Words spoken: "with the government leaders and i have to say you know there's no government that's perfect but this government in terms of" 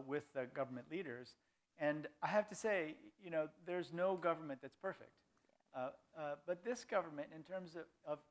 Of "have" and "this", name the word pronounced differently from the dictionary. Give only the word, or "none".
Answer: have